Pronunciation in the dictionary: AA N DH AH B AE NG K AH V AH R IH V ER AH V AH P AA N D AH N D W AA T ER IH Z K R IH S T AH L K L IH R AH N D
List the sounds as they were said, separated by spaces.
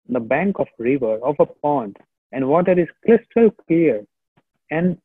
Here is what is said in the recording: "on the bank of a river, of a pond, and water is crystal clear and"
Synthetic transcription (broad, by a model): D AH B AE NG K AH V R IH V ER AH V AH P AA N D AH N D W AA T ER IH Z K L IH S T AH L K L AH R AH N D